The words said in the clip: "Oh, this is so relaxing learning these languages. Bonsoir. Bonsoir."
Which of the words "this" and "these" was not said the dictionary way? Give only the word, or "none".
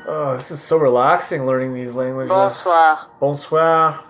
none